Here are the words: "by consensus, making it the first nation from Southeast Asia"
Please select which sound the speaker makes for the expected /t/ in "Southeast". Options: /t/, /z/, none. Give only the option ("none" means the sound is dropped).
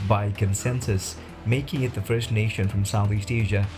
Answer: /t/